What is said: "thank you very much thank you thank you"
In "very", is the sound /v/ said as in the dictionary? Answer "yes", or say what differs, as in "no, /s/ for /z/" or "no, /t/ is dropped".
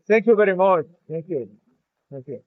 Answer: no, /b/ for /v/